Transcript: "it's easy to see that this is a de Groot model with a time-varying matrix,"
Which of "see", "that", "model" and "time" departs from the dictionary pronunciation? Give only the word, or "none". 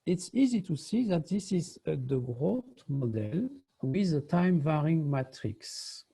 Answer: none